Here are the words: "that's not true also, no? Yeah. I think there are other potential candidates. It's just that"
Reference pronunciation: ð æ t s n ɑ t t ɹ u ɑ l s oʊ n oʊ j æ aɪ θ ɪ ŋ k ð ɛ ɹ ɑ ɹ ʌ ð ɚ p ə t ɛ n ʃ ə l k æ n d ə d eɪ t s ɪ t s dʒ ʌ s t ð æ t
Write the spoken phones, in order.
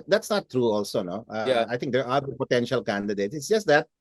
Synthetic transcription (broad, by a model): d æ t s n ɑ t t ɹ u ɑ l s oʊ n oʊ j aɪ t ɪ ŋ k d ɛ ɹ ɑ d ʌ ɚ p ə t ɛ n ʃ ə l k æ n d ə d eɪ t s ɪ t s dʒ ʌ s t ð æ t